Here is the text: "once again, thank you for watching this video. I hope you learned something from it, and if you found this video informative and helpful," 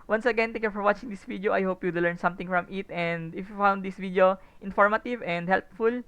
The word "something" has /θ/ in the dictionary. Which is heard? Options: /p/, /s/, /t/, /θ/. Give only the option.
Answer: /t/